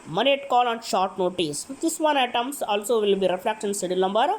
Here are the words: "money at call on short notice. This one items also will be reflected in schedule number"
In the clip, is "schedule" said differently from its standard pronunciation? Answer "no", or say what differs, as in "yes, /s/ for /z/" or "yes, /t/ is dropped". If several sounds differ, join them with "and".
yes, /k/ is dropped